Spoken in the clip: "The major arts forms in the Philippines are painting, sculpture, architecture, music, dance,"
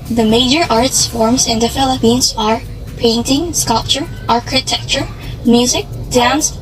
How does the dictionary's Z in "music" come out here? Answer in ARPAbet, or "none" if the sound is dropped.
Z